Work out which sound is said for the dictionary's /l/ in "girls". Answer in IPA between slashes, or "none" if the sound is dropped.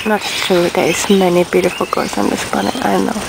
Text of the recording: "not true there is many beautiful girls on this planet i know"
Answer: none